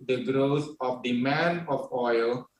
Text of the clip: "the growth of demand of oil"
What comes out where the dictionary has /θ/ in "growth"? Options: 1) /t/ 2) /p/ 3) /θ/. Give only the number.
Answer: 1